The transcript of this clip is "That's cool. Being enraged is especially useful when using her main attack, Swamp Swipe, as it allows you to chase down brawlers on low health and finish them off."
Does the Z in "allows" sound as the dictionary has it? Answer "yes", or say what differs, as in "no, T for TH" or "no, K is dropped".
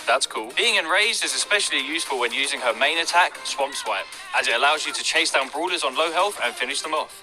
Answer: yes